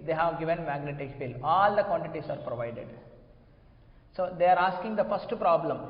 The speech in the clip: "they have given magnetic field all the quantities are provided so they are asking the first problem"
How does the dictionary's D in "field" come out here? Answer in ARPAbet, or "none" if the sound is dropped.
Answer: none